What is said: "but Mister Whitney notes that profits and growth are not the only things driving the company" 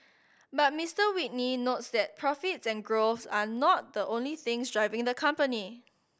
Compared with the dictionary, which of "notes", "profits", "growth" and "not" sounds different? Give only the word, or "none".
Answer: growth